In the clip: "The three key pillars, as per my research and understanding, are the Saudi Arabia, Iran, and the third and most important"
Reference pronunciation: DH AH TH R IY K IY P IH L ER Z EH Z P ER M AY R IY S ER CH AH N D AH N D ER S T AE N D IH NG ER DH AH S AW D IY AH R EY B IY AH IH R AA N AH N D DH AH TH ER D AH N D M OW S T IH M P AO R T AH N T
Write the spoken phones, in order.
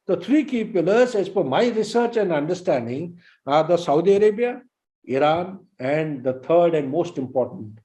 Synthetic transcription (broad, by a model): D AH T R IY K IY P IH L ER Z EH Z F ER M AY R IY S ER CH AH N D AH N D ER S T AE N D IH NG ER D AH S AW D IY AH R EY B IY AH IH R AA N AH N D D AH T ER D AH N D M OW S T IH M P AO R T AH N T